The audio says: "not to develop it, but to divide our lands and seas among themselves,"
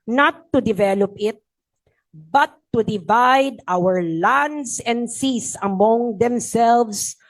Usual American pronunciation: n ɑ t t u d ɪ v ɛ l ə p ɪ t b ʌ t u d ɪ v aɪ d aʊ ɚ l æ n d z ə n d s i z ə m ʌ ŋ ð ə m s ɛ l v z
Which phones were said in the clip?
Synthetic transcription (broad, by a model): n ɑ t t u d ɪ v ɛ l ə p ɪ t b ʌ t u d ɪ v aɪ d aʊ ɚ l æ n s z ə n d s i s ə m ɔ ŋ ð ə m s ɛ l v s